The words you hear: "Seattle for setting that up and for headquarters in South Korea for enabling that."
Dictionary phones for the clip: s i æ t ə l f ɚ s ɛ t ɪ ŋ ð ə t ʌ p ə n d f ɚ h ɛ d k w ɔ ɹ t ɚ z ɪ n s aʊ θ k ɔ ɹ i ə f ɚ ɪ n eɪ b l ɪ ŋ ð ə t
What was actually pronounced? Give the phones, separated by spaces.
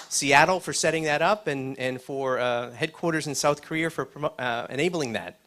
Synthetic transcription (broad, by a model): s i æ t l f ɚ s ɛ t ɪ ŋ ð ə t ʌ p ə n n f ɚ h ɛ d k w ɔ ɹ t ɚ z ɪ n s aʊ θ k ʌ ɹ i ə f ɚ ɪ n eɪ b l ɪ ŋ ð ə t